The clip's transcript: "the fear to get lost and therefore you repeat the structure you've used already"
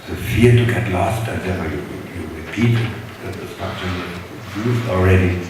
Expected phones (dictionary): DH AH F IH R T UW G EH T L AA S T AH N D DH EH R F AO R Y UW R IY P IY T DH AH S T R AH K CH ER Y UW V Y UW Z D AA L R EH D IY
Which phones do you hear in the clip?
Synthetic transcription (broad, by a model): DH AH F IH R T UW G EH T L AA S T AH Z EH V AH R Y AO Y Y UW R IY P IY T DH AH S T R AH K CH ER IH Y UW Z AA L R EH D IY